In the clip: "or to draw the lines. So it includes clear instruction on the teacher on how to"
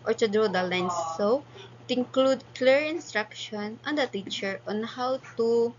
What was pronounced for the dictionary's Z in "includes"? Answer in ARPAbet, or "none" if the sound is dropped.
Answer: none